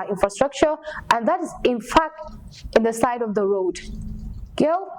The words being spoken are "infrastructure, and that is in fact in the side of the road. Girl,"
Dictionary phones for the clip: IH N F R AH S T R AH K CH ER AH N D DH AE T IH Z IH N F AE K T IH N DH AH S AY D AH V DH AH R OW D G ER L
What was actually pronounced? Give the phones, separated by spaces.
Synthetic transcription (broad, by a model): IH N F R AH S T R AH K CH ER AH N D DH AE T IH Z IH N F AE K T IH N DH AH S AY D AH V DH AH R OW D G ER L